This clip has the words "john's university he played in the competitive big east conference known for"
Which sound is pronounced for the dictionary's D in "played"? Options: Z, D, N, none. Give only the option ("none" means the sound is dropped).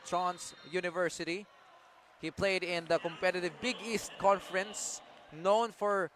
D